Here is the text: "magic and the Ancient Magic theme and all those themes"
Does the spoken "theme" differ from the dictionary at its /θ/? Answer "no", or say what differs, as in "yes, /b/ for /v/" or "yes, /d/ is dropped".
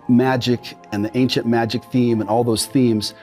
no